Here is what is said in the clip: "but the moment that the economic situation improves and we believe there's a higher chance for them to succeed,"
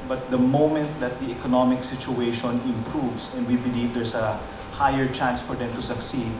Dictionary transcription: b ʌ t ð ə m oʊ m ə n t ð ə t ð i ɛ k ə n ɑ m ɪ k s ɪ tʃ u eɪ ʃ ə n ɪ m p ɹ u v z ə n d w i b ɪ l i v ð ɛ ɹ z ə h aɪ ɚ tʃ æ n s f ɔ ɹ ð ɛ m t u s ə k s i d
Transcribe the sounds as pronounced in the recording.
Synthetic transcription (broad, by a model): b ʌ t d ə m oʊ m ə n t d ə t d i ɛ k ə n ɑ m ɪ k s ɪ tʃ u eɪ ʃ ə n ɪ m p ɹ u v s ə n d w i b ɪ l i v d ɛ ɹ s ə h aɪ ɚ tʃ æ n s f ɔ ɹ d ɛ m t u s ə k s i d